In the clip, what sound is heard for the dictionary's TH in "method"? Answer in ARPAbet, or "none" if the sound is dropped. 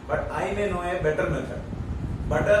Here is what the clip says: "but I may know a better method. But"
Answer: S